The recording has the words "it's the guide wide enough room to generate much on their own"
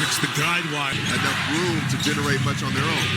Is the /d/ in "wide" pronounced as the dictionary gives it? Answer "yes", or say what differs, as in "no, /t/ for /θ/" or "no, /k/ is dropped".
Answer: no, /d/ is dropped